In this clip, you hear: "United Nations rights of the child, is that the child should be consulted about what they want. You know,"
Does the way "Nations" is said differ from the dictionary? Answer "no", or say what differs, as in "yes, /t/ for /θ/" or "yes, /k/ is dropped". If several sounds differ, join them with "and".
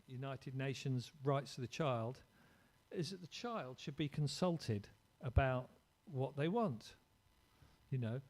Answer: no